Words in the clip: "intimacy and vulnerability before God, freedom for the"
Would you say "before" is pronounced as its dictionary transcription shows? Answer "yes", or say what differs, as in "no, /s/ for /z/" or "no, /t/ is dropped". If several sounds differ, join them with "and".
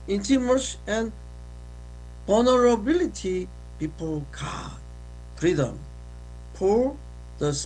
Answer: no, /p/ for /f/ and /l/ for /ɹ/